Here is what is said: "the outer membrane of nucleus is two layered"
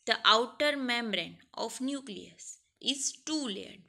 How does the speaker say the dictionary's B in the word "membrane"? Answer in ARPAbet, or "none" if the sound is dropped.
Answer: B